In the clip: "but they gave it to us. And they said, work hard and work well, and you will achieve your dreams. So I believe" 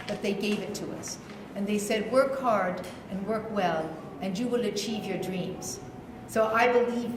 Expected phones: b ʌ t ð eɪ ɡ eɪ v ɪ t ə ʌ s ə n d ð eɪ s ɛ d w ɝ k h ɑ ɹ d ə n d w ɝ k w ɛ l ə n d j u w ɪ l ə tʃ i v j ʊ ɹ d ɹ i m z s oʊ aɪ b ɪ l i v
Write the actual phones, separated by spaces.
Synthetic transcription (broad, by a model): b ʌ t ð eɪ ɡ eɪ v ɪ t ə ʌ s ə n ð eɪ s ɛ d w ɝ k h ɑ ɹ d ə n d w ɝ k w ɛ l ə n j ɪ w ɪ l ə tʃ i v j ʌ ɹ d ɹ i m z s oʊ aɪ b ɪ l i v